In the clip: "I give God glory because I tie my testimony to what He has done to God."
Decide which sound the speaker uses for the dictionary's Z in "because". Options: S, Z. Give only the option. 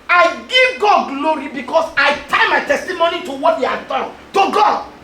S